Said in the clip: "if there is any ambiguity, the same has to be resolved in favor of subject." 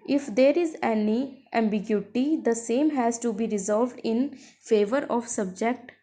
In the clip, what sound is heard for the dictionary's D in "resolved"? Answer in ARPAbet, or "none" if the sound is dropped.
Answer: D